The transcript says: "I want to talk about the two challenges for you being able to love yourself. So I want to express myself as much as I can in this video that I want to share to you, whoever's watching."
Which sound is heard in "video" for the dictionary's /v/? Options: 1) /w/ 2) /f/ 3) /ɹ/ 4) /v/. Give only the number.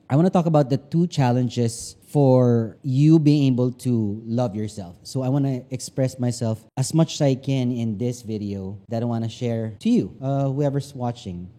4